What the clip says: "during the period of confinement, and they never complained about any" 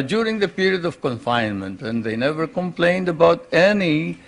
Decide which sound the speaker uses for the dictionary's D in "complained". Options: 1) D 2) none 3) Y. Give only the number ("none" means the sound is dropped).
1